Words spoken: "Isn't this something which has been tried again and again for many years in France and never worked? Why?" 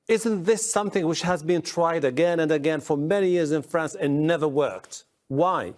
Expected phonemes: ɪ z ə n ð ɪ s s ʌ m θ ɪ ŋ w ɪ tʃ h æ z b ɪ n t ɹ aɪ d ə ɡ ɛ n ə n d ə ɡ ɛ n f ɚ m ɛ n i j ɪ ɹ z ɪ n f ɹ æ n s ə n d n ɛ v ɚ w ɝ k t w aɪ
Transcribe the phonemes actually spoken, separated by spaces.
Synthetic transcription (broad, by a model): ɪ z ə n ð ɪ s s ʌ m θ ɪ ŋ w ɪ tʃ h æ z b ɪ n t ɹ aɪ d ə ɡ ɛ n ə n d ə ɡ ɛ n f ɚ m ɛ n i j ɪ ɹ z ɪ n f ɹ æ n s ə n n ɛ v ɚ w ɝ k t w aɪ